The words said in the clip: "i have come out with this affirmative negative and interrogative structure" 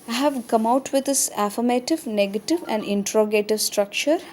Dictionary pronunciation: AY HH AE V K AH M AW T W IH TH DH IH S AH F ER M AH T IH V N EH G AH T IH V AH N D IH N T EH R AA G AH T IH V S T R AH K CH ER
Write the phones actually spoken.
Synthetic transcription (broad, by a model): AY HH AE V K AH M AW T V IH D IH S AH F ER M AH T IH V N EH G AH T IH V AH N D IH N T R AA G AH T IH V S T R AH K CH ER